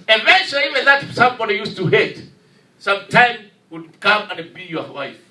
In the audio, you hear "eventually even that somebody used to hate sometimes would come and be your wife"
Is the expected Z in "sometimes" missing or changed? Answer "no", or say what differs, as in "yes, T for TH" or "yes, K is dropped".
yes, Z is dropped